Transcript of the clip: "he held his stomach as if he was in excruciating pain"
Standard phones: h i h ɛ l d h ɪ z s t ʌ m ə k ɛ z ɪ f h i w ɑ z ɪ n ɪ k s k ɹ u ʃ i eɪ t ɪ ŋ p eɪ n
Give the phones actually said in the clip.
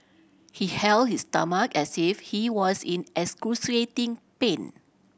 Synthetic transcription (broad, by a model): h i h ɛ l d h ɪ s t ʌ m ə k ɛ s ɪ f h i w ɑ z ɪ n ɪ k s k u s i eɪ t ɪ ŋ p eɪ n